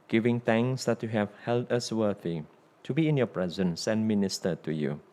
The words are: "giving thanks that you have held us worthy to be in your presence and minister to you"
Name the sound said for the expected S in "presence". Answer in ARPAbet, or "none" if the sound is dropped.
S